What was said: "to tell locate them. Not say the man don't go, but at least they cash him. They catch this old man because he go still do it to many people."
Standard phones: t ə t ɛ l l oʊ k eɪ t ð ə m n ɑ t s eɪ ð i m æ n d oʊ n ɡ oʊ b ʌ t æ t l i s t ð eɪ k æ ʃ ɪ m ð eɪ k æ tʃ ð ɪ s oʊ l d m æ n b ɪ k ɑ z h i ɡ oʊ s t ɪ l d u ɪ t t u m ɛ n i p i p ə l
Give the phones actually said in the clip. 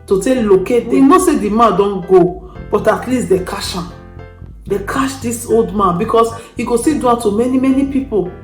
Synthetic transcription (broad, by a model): t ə t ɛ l l oʊ k eɪ t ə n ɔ s eɪ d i m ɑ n d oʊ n ɡ oʊ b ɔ t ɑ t l i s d eɪ k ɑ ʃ ɪ m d eɪ k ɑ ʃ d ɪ s oʊ l d m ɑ n b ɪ k ɑ s h i ɡ oʊ s t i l d u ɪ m t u m ɛ n i p i p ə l